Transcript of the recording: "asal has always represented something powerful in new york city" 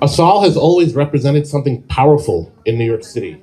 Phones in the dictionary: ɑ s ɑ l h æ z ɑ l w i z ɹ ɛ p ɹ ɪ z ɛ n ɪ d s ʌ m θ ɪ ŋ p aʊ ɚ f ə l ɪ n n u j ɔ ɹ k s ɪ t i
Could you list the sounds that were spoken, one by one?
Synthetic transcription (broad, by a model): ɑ s ɑ l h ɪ z ɑ l w i z ɹ ɛ p ɹ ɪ z ɛ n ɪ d s ʌ m θ ɪ ŋ p aʊ ɚ f l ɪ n n u j ɔ ɹ k s ɪ t i